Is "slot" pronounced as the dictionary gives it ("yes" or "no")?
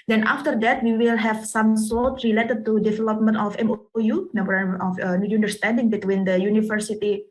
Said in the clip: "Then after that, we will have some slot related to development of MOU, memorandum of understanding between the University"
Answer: no